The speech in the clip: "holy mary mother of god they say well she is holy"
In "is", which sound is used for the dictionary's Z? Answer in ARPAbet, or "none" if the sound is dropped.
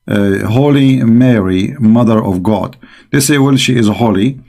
Z